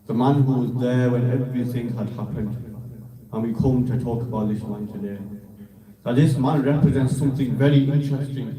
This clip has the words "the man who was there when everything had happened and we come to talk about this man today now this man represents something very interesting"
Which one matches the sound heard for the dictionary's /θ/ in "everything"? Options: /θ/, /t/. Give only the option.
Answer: /θ/